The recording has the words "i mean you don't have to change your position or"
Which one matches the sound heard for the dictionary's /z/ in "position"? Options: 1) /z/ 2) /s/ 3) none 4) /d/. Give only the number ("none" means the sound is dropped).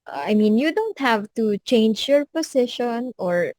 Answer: 2